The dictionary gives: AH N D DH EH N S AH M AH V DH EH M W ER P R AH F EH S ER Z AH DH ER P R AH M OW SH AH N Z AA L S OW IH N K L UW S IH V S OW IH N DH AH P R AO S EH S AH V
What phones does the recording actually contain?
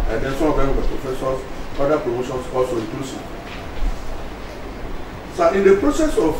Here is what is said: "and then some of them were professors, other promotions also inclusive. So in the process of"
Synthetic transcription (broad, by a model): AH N D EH N S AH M AH V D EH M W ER P R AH F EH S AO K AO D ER P R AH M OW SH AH N S AA L S OW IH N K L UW S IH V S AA IH N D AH P R AO S EH S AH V